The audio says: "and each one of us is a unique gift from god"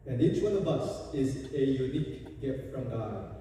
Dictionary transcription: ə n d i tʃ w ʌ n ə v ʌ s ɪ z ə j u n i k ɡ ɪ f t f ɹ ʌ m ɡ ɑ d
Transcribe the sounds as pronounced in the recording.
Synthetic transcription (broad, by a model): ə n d i tʃ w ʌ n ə b ʌ s ɪ z ə j u n i k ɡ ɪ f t f ɹ ʌ m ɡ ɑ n